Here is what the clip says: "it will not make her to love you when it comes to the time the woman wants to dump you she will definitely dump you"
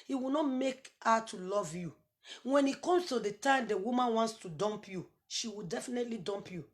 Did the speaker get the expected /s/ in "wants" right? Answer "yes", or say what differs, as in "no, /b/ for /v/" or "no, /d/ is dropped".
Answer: yes